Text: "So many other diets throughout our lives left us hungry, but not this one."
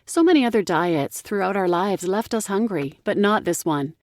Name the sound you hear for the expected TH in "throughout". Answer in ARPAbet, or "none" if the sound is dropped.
TH